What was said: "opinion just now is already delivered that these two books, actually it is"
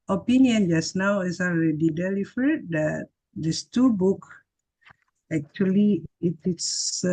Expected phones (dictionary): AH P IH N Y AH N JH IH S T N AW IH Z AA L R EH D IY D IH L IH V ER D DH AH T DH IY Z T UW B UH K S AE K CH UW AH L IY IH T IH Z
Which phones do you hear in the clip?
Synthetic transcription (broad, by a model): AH P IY N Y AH N JH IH S N AW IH S AA L R EH D IY D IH L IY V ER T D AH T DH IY S T UW B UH K AE K CH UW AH L IY IH T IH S